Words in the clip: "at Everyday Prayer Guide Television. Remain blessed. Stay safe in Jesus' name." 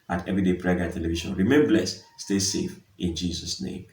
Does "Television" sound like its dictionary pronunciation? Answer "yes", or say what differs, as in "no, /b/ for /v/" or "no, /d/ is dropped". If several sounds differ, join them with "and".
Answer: no, /ʃ/ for /ʒ/